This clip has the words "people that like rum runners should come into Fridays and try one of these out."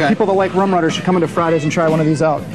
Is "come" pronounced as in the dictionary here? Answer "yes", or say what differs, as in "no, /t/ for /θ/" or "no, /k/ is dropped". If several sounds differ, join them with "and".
yes